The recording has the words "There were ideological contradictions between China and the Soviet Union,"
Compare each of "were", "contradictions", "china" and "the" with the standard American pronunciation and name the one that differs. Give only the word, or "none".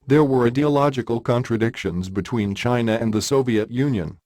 none